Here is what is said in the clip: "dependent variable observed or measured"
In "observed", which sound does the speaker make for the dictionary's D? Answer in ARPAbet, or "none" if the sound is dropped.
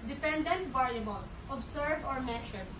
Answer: none